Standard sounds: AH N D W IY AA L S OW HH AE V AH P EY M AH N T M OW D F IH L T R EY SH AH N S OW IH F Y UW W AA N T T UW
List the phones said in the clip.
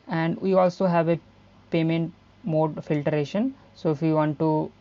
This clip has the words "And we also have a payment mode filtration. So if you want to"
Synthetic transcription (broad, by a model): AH N D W IY AA L S OW HH AE V AH P EY M AH N T M OW D F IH L T R EY SH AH N S OW IH F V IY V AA N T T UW